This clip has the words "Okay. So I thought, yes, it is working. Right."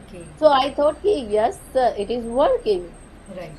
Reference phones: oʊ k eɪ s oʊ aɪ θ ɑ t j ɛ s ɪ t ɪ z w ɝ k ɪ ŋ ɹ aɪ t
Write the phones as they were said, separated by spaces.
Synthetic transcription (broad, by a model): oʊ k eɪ s oʊ aɪ t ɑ t j ɛ s ɪ t ɪ z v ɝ k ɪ ŋ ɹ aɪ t